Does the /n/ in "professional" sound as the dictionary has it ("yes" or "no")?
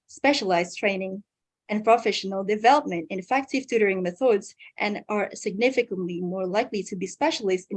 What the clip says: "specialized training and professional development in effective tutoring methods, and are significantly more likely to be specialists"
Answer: yes